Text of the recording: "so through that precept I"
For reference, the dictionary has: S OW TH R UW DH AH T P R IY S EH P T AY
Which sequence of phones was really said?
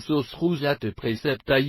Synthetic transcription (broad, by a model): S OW S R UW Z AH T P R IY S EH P T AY